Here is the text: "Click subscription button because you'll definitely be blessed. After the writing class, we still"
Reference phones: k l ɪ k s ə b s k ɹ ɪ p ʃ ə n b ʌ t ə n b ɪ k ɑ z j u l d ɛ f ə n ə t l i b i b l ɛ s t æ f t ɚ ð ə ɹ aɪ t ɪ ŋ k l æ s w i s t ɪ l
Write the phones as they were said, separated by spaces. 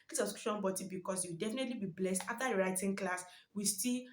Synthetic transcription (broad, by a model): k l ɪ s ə s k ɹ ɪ ʃ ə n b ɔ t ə b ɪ k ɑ s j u w d ɛ f ə n ə t l i b i b l ɛ s t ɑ f t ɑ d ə ɹ aɪ t ɪ ŋ k l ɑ s w i s t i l